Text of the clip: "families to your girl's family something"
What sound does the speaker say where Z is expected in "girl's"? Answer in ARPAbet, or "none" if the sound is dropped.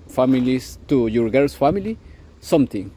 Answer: S